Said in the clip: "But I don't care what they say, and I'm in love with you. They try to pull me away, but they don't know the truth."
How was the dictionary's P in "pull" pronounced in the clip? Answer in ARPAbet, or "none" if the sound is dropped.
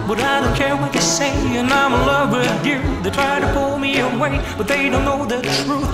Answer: P